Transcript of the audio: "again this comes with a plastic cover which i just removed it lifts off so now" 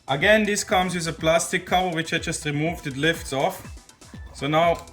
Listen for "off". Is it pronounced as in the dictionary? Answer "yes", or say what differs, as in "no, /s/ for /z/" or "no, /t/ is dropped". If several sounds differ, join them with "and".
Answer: yes